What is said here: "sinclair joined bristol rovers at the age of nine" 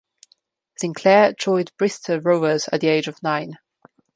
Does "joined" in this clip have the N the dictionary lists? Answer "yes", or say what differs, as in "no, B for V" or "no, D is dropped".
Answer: no, N is dropped